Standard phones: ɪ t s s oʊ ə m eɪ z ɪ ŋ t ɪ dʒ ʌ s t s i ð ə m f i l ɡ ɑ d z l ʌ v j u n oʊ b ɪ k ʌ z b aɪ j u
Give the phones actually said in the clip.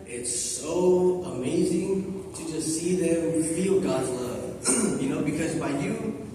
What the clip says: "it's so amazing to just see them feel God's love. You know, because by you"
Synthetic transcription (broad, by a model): ɪ t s s oʊ ə m eɪ z ɪ ŋ t ɪ dʒ ʌ s t s i ð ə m f i l ɡ ɑ d z l ʌ v j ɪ n oʊ b ɪ k ʌ z b aɪ j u